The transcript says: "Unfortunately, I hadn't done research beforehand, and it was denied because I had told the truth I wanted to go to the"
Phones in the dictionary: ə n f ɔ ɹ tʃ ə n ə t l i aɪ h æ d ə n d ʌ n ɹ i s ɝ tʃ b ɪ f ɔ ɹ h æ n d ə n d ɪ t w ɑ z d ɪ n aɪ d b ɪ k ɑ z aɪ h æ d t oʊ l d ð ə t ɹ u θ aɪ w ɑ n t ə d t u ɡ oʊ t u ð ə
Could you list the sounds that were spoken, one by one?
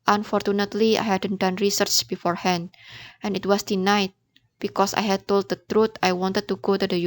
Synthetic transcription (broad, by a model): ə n f ɔ ɹ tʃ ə n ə t l i aɪ h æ d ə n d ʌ n ɹ i s ɝ tʃ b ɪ f ɔ ɹ h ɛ n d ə n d ɪ t w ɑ s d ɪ n aɪ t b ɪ k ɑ s aɪ h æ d t oʊ l d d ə t ɹ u t aɪ w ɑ n t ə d t u ɡ oʊ t u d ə